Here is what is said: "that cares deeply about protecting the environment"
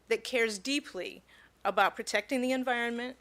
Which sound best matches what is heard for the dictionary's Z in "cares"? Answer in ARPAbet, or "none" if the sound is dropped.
Z